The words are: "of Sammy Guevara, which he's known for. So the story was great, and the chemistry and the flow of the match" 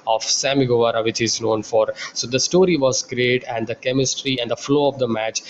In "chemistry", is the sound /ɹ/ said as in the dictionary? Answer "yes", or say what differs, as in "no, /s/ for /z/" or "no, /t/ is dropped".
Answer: yes